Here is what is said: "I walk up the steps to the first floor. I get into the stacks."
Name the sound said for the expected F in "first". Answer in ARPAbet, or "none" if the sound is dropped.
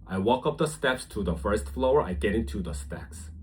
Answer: F